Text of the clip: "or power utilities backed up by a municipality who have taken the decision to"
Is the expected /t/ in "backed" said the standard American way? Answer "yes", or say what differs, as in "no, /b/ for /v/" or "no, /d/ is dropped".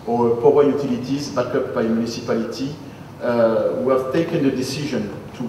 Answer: no, /t/ is dropped